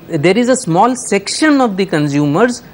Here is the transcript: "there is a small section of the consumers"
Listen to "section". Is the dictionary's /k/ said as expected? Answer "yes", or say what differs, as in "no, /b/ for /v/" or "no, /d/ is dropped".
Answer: yes